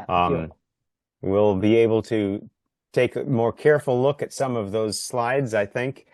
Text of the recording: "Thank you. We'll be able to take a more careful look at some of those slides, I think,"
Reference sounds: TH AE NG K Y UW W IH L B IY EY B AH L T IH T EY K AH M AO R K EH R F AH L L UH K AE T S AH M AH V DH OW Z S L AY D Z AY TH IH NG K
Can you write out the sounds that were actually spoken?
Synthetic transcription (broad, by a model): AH W IH L B IY EY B L T IH T EY K AH M AO R K EH R F L L UH K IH T S AH M AH V DH OW Z S L AY D Z AY TH IH NG K